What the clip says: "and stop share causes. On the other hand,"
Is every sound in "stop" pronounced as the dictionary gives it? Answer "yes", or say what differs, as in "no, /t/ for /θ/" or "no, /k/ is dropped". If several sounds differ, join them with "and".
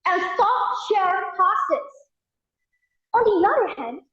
no, /f/ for /p/